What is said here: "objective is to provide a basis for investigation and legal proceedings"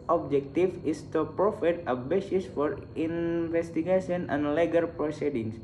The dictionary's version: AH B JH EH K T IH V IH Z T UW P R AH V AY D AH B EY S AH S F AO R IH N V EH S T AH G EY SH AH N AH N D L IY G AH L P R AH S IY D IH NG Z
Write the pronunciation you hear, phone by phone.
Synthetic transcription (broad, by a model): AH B JH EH K T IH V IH S T UW P R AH F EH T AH B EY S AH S F AO R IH N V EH S T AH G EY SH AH N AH N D L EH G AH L P R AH S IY D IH NG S